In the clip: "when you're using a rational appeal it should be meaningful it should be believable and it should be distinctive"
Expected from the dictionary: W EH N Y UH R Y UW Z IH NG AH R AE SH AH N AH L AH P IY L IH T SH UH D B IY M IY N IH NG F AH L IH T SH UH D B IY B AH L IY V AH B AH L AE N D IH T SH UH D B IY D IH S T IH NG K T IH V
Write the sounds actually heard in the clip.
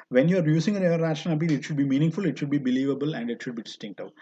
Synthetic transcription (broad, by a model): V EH N Y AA R Y UW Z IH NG AH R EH AH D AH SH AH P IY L IH T SH UH D B IY M IY N IH NG F AH L IH T SH UH D B IY B AH L IY V AH B AH L AE N D IH T SH UH D B IY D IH S T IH NG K T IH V